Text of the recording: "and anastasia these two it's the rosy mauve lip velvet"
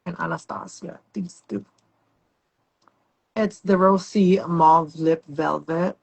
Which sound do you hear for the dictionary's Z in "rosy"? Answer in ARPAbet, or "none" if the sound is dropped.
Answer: S